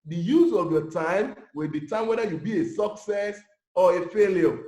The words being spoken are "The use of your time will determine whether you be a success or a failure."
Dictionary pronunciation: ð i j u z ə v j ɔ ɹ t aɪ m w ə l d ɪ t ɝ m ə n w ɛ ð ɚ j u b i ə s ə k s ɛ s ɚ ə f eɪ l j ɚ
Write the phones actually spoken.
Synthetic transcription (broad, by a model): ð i j u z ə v j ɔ t aɪ m w ə l d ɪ t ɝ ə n w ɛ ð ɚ j u b i ə s ə k s ɛ s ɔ ə f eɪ l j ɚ